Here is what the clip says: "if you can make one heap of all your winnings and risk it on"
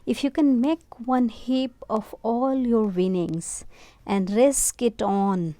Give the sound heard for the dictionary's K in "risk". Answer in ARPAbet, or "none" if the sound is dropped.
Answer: K